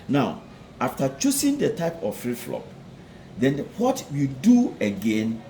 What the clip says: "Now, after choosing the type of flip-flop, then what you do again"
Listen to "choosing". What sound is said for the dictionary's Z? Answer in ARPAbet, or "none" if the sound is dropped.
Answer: S